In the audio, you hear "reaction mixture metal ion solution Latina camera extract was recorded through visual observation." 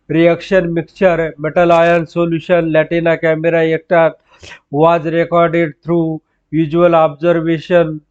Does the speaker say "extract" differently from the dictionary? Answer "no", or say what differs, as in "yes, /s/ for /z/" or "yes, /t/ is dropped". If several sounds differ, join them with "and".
yes, /s/ is dropped and /ɹ/ is dropped and /k/ is dropped